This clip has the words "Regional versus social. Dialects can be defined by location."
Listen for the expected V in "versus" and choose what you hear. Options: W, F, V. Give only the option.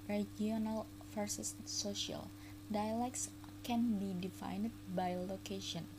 F